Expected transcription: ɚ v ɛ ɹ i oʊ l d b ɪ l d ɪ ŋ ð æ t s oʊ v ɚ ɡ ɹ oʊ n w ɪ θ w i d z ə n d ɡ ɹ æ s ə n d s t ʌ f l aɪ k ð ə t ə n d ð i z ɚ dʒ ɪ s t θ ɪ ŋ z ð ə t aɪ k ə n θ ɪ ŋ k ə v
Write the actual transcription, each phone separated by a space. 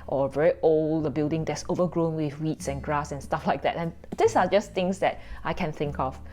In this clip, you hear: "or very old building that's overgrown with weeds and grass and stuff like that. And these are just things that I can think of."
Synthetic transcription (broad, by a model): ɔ v ɛ ɹ i oʊ l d b ɪ l d ɪ ŋ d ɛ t s oʊ v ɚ ɡ ɹ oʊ n w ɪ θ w i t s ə n ɡ ɹ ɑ s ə n s t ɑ f l aɪ k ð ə t ə n d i s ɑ dʒ ɪ s t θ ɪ ŋ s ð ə t aɪ k ə n θ ɪ ŋ k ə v